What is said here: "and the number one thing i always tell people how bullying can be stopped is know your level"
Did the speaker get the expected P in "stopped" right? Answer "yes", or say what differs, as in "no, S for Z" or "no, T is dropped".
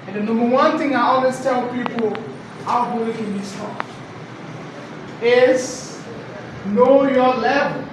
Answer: no, P is dropped